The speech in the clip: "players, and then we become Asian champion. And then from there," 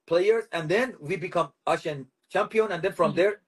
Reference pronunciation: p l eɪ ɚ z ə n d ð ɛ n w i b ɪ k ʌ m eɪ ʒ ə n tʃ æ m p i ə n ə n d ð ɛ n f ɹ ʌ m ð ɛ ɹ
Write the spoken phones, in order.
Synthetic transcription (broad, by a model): p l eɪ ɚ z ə n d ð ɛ n w i b ɪ k ʌ m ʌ ʃ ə n tʃ æ m p i ə n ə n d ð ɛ n f ɹ ʌ m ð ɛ ɹ